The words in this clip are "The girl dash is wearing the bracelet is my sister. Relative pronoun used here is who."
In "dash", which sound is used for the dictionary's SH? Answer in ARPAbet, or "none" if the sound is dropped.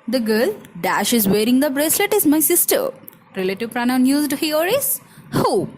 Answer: SH